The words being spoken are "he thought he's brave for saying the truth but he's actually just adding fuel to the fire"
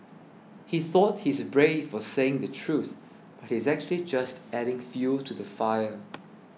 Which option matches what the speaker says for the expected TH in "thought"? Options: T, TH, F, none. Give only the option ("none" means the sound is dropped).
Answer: TH